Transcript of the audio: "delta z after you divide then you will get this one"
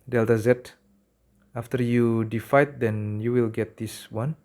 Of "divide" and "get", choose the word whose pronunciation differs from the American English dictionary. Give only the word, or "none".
divide